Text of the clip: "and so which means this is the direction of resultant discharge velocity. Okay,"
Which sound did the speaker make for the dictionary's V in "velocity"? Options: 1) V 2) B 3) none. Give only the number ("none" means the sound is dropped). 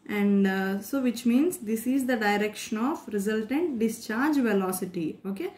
1